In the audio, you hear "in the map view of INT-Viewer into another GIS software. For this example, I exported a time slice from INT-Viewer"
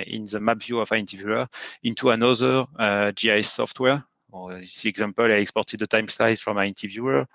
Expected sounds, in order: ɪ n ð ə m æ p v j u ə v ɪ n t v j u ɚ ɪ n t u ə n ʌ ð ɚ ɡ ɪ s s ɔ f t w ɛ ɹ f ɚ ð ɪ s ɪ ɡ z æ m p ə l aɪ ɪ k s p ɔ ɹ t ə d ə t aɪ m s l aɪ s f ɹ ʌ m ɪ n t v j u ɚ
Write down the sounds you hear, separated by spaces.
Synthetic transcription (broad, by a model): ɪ n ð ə m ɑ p v j u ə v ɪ n t v j u ɚ ɪ n t u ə n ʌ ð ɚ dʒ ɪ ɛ s ɔ f t w ɛ ɹ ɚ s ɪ ɪ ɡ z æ m p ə l aɪ ɪ k s p ɔ ɹ t ə d ə t aɪ m s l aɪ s f ɹ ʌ m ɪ n t v j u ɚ